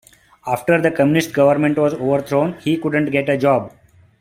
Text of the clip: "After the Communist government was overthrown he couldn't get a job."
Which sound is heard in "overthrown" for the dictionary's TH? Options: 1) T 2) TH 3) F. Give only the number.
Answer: 1